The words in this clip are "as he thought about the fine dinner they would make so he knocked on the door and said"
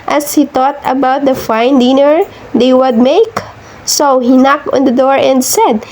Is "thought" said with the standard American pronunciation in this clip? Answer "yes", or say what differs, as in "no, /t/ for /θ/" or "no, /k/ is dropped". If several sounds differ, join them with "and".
no, /t/ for /θ/